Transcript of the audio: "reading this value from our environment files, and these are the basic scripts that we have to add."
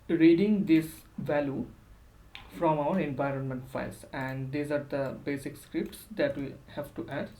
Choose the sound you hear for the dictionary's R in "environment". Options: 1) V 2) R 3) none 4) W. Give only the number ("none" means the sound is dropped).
2